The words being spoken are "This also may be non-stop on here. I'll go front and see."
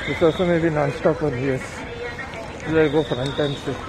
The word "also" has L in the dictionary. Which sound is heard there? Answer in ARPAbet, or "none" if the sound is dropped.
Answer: none